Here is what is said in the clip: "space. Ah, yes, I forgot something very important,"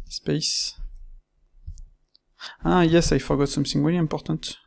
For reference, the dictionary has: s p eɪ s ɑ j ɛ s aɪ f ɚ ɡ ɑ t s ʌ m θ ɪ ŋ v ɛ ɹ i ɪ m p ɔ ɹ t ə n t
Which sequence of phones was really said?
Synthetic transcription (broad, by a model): s p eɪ s ɑ j ɛ s aɪ f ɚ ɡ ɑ t s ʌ m s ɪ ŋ w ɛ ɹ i p ɔ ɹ t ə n t